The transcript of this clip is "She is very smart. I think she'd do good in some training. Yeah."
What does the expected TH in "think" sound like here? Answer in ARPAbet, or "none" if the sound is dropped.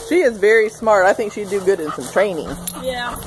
TH